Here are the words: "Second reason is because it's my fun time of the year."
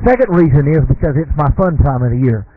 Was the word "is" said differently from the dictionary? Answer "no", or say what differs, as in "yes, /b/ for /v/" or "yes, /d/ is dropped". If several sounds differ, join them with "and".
no